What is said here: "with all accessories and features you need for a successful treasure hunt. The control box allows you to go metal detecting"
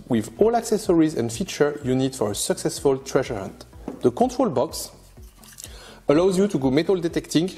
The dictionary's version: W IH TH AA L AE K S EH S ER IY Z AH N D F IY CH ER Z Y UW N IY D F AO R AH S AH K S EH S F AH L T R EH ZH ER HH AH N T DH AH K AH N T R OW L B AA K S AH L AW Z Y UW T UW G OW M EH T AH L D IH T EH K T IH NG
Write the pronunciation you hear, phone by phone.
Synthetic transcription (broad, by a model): W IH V AA L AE K S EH S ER IY Z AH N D F IY CH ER Y UW N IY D F AO R AH S AH K S EH S F AH L T R EH ZH ER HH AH N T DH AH K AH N T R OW L B AA K S AH L AW Z Y UW T UW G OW M EH T AH L D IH T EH K T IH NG